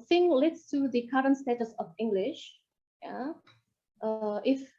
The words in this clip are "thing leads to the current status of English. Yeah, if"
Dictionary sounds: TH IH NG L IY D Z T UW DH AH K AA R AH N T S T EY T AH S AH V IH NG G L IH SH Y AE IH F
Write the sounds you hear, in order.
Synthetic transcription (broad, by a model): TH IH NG L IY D S T UW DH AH K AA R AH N S T EY T AH S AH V IH NG G L IH SH Y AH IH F